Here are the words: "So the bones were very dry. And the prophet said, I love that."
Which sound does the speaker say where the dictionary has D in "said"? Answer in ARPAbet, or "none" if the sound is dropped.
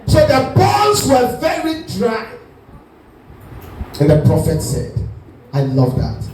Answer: D